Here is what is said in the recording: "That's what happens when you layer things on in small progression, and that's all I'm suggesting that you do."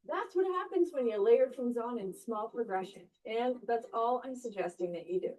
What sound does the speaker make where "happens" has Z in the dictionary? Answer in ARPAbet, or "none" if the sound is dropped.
Z